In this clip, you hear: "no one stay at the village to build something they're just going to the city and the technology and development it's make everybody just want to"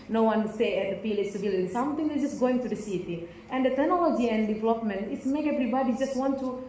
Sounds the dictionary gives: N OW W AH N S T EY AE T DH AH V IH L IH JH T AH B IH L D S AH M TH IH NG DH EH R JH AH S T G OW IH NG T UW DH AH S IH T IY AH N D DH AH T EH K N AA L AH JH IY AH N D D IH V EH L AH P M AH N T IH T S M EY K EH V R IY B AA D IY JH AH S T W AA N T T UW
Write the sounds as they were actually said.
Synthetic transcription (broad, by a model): N OW W AH N S T EY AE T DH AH P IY L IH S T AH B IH L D S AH M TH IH NG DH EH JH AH S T G OW IH NG T UW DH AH S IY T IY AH N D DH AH T EH K N AA L AH JH IY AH N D D IH V EH L AH P M AH N T IH T S M EY K EH V R IY B AA D IY JH AH S T W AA N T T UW